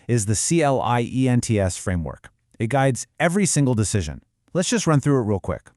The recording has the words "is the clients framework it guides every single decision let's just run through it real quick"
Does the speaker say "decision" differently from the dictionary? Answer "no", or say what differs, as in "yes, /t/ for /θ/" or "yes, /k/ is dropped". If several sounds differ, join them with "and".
no